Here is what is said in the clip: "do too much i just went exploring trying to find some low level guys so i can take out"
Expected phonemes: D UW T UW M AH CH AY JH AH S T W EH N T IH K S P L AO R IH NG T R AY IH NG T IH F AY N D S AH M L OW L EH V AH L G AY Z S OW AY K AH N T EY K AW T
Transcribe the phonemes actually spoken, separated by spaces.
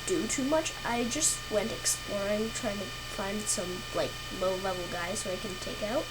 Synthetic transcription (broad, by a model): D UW T UW M AH CH AY JH AH S T W EH N T IH K S P L AO R IH NG T R AY IH NG T IH F AY N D S AH M L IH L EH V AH L G AY Z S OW AY K AH N T EY K AW T